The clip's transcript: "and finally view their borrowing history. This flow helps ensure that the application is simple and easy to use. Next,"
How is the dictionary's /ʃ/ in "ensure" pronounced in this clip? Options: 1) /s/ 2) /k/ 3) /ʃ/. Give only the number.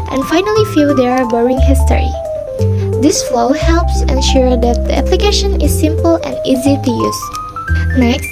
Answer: 3